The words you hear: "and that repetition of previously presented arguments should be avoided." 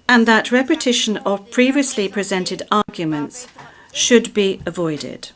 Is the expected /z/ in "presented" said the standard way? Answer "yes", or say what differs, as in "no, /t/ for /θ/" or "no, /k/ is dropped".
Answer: yes